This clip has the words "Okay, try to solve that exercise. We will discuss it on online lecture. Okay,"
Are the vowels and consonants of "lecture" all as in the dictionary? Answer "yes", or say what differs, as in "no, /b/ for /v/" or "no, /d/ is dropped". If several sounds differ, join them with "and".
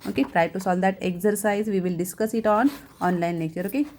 no, /k/ is dropped